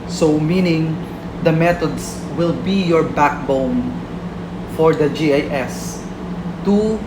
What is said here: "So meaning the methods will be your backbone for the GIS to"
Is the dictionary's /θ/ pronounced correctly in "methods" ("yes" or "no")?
no